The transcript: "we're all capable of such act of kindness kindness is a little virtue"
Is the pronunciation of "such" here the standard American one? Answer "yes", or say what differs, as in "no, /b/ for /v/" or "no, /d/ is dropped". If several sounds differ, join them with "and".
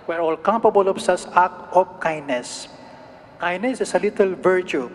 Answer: no, /s/ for /tʃ/